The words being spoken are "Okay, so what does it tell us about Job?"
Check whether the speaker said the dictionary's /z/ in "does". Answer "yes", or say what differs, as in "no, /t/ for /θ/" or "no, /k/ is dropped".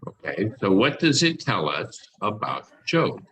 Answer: yes